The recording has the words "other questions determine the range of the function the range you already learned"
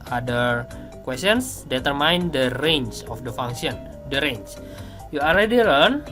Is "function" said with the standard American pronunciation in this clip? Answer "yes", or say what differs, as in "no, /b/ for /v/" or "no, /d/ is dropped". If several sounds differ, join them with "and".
no, /s/ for /ʃ/